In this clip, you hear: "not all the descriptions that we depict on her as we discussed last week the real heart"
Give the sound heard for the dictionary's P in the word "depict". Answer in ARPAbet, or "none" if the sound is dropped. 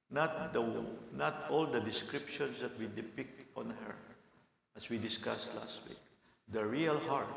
P